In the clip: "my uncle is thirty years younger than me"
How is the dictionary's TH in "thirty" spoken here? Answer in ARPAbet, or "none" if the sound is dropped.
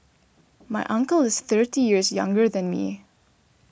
TH